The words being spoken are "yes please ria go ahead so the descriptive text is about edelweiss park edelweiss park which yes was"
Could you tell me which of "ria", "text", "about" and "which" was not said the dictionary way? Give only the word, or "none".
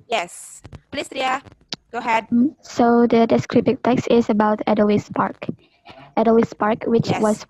none